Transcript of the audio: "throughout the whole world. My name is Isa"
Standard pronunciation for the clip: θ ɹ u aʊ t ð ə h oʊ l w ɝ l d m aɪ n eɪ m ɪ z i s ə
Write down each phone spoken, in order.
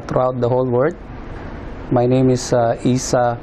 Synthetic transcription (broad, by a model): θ ɹ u aʊ t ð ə h oʊ l w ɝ d m aɪ n eɪ m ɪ s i s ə